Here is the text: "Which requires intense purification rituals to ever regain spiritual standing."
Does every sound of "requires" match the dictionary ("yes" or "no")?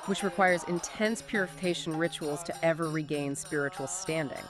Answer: yes